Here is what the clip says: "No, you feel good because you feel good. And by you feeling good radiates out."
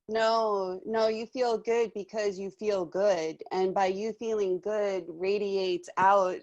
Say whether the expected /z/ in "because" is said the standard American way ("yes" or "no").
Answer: yes